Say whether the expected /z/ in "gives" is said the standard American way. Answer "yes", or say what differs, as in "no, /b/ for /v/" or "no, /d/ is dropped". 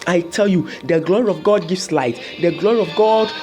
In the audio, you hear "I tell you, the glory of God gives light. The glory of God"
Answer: no, /s/ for /z/